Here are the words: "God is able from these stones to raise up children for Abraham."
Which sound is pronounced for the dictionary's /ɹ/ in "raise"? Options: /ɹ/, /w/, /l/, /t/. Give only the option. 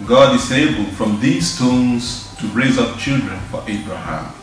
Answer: /ɹ/